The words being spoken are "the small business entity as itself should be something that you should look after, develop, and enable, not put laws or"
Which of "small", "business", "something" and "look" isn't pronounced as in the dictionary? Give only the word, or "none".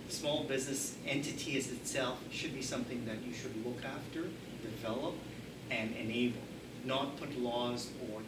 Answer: none